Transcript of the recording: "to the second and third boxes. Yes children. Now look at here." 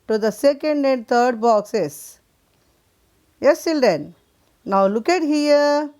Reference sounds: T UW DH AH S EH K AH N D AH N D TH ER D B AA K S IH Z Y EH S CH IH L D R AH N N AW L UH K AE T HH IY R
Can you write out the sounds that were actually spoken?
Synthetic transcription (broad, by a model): T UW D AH S EH K AH N D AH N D T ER D B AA K S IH S Y EH S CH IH L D AH N N AW L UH K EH T HH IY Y